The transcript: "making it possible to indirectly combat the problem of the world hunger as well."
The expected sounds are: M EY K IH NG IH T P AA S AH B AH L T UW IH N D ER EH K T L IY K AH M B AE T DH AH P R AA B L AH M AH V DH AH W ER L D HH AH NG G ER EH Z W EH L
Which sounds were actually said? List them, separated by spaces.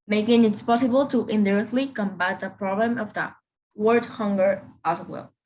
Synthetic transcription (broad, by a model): M EY K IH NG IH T P AA S AH B AH L T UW IH N D ER EH K T L IY K AH M B AE T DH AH P R AA B L AH M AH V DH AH W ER D HH AH NG G ER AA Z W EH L